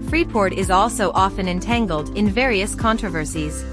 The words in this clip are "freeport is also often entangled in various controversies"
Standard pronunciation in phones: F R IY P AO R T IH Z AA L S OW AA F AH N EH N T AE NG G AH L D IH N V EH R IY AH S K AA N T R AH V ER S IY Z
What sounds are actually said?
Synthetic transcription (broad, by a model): F R IY P AO R T IH Z AA L S OW AA F AH N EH N T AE NG G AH L D IH N V EH R IY AH S K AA N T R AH V ER S IY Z